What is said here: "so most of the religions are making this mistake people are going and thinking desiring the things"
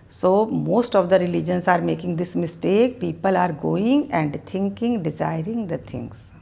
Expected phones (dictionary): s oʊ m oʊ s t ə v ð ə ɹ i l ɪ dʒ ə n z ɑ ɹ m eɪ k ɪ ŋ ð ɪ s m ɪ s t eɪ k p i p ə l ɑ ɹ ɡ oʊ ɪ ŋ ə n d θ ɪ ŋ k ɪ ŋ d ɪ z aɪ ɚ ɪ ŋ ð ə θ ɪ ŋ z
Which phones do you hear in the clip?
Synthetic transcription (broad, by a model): s oʊ m oʊ s t ə v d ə ɹ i l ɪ dʒ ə n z ɑ ɹ m eɪ k ɪ ŋ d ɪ s m ɪ s t eɪ k p i p ə l ɑ ɹ ɡ oʊ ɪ ŋ ə n d t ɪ ŋ k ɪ ŋ d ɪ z aɪ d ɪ ŋ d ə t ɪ ŋ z